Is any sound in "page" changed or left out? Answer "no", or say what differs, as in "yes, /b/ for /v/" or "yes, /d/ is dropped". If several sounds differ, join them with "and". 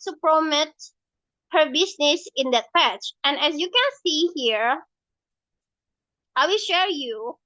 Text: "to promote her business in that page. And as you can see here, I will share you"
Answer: yes, /tʃ/ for /dʒ/